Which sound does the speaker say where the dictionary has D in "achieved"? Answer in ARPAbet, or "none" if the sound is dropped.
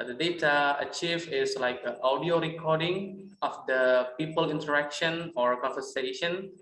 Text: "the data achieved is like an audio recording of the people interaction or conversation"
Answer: none